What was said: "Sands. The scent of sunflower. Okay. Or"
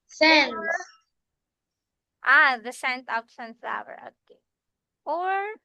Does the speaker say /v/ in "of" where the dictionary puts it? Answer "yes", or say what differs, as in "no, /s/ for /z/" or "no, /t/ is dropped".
no, /p/ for /v/